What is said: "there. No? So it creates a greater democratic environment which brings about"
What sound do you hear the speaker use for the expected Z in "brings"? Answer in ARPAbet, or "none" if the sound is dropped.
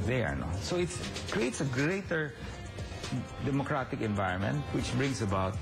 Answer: S